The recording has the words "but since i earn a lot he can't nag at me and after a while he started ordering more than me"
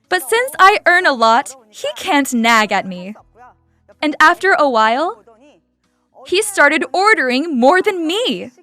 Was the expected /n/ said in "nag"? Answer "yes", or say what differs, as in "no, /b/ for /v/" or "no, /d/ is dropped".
yes